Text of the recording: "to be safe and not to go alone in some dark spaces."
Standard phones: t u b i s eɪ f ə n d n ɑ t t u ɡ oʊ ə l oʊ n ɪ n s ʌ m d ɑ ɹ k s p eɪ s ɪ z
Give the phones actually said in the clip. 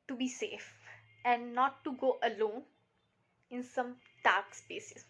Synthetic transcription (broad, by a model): t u b i s eɪ f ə n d n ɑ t t u ɡ oʊ ə l oʊ n ɪ n s ʌ m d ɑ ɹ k s p eɪ s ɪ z